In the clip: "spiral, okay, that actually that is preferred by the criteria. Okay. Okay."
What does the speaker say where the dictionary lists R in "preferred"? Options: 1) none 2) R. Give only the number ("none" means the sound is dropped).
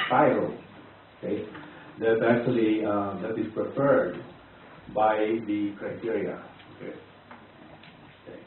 2